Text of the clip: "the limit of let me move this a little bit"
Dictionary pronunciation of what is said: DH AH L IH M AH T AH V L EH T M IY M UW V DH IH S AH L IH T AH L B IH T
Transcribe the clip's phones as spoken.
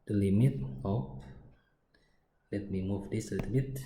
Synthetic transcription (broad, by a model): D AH L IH M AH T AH P L EH T M IY M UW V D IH S AH L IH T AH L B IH T